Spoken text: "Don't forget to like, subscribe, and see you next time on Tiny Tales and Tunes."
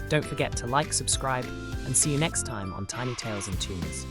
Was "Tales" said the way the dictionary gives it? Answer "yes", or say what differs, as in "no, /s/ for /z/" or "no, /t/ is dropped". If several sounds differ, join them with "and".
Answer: yes